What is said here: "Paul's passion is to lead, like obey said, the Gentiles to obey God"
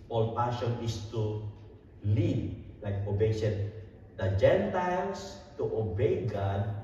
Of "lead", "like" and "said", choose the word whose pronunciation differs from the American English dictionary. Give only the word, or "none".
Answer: said